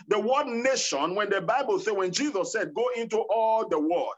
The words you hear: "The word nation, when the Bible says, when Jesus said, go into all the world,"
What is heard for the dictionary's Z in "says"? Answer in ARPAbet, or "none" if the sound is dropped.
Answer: none